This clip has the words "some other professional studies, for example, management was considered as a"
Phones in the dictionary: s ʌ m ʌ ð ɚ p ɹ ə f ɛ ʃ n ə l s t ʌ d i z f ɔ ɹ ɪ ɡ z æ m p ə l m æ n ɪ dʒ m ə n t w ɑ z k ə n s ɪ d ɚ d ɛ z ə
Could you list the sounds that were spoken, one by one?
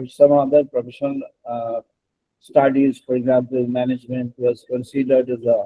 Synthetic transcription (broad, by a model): s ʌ m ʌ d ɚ p ɹ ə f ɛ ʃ ə n s t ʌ d i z f ɔ ɹ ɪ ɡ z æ m p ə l m æ n ɪ dʒ m ə n t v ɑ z k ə n s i d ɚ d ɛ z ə